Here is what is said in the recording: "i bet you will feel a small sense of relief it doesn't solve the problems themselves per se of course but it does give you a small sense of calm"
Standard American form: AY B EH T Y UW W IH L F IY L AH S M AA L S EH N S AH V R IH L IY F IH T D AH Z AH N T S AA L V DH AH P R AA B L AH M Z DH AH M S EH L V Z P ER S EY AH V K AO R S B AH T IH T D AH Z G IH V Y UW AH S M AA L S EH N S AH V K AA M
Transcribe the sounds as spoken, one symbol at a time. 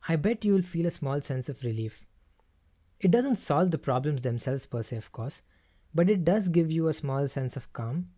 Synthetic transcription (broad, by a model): AY B EH T Y UW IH L F IY L AH S M AA L S EH N S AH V R IH L IY F IH T D AH Z AH N T S AA L V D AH P R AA B L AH M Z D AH M S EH L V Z P ER S EY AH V K AO R S B AH T IH T D AH Z G IH V Y UW AH S M AA L S EH N S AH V K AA M